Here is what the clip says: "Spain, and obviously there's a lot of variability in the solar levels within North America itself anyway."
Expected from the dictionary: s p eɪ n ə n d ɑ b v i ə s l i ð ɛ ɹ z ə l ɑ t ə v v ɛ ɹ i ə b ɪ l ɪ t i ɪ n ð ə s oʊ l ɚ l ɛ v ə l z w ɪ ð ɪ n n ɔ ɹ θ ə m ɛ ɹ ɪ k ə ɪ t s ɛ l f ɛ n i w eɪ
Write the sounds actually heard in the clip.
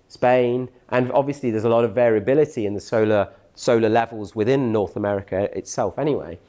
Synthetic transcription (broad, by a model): s p eɪ n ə n ɑ b v i ə s l i ð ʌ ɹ z ə l ɑ t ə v v ɛ ɹ i ə b ɪ l ɪ t i ɪ n ð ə s oʊ l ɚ l ɛ v ə l z w ɪ ð ɪ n n ɔ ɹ θ ə m ɛ ɹ ɪ k ə ɪ t s ɛ l f ɛ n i w eɪ